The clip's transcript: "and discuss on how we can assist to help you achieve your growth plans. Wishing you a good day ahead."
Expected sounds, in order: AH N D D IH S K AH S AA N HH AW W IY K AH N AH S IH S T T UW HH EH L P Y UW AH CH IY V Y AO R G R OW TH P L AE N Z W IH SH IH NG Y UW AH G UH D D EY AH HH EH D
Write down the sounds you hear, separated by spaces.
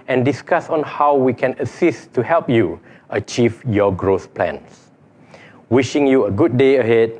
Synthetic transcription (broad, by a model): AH N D D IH S K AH S AA N HH AW W IY K AH N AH S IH S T T UW HH EH L P Y UW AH CH IY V Y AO G R OW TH P L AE N S W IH SH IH NG Y UW AH G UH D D EY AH HH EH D